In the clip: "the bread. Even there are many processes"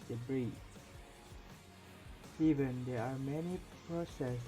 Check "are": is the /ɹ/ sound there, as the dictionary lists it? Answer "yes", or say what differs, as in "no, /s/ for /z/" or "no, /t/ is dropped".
yes